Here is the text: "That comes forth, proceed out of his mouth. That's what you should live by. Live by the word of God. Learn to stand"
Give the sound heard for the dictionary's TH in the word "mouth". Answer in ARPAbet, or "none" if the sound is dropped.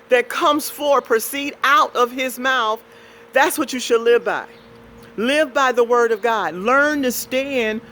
TH